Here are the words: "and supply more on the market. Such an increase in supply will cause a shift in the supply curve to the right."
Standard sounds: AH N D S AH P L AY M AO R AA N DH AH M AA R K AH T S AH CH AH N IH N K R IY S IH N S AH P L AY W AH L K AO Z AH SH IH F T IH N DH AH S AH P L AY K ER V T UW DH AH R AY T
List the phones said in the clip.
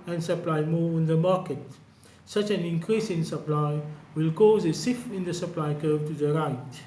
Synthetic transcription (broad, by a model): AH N S AH P L AY M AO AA N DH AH M AA K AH T S AH CH AH N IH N K R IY S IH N S AH P L AY W AH L K AO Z AH S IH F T IH N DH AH S AH P L AY K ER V T UW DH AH R AY T